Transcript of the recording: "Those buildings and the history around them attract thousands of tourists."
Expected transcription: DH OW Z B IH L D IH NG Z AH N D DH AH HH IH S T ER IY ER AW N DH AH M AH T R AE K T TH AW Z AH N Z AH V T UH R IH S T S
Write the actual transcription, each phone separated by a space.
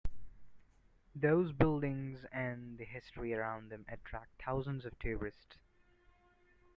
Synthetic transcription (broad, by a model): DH OW Z B IH L D IH NG Z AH N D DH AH HH IH S T ER IY ER AW N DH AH M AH T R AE K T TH AW Z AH N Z AH V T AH R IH S T S